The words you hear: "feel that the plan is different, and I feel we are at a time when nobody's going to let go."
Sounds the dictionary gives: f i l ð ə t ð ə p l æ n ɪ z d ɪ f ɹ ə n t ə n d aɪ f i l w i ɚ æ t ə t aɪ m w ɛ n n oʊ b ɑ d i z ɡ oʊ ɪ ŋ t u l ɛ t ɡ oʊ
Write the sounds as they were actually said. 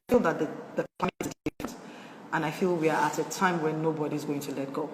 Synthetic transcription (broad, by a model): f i l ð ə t ð ə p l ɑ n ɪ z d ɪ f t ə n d aɪ f i l w i ɚ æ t ə t aɪ m w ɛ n n oʊ b ɑ d i z ɡ oʊ ɪ ŋ t u l ɛ t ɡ oʊ